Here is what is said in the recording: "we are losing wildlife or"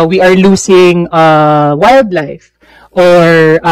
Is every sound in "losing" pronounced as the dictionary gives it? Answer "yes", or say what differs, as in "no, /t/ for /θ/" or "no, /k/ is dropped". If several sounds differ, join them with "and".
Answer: no, /s/ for /z/